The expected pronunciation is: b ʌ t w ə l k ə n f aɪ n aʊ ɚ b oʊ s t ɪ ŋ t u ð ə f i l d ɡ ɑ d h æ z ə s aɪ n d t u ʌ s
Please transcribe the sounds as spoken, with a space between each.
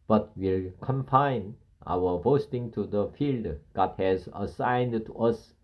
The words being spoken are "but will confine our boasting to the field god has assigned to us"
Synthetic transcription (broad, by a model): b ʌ t w ə l k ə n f aɪ n aʊ ɚ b oʊ s t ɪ ŋ t u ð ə f i l d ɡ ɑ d h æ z ə s aɪ n d t u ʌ s